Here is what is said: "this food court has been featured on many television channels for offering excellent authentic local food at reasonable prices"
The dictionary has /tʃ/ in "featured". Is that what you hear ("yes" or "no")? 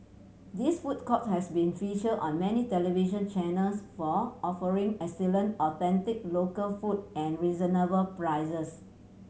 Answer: no